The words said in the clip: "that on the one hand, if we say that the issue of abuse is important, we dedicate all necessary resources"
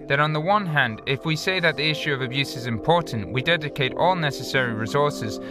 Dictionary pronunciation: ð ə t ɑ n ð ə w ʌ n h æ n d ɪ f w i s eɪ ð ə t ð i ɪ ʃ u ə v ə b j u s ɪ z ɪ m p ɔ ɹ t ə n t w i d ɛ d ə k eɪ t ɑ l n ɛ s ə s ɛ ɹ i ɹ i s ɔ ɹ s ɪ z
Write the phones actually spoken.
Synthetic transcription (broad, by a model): ð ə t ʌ n ð ə w ʌ n h æ n d ɪ f w i s eɪ ð ə t ð i ɪ ʃ u ə v ə b j u s ɪ z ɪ m p ɔ ɹ t n t w i d ɛ d ə k eɪ t ɑ l n ɛ s ə s ɛ ɹ i ɹ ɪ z ɔ ɹ s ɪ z